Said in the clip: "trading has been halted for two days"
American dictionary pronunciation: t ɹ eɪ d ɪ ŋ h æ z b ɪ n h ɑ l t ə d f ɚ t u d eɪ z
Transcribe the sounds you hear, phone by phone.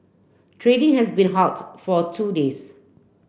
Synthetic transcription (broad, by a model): t ɹ eɪ d ɪ ŋ h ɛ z b ɪ n h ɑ t f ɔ t u d eɪ s